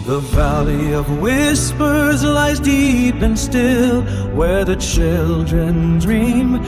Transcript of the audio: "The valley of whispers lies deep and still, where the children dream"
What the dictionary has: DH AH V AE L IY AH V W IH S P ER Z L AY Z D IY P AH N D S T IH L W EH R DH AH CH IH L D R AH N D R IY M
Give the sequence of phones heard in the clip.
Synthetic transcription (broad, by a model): DH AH V AE L IY AH V W IH S P ER Z L AY Z D IY P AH N S T IH L W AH R DH AH CH IH L D R AH N D R IY M